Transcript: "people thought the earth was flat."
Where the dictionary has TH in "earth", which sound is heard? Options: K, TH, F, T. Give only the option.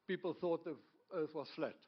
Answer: T